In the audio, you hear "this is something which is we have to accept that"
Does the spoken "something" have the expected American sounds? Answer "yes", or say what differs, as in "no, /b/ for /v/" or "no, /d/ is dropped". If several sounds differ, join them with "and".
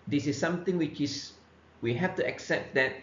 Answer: no, /t/ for /θ/